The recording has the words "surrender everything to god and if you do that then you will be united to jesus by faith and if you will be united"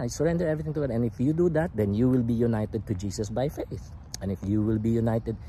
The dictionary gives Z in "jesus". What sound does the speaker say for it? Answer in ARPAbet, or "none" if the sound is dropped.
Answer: S